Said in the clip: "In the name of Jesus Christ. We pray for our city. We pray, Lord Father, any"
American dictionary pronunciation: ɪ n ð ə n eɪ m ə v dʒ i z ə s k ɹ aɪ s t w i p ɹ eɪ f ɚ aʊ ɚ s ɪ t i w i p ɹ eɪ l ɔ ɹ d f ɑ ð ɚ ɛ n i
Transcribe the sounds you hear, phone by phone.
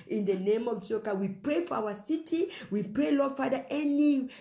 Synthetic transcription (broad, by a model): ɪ n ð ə n eɪ m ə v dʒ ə k aɪ w i p ɹ eɪ f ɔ aʊ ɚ s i t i w i p ɹ eɪ l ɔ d f ɑ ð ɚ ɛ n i